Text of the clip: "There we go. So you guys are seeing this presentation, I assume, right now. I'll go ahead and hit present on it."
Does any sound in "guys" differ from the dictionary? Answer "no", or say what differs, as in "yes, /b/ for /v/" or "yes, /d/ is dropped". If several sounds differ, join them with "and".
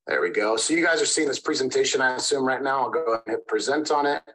no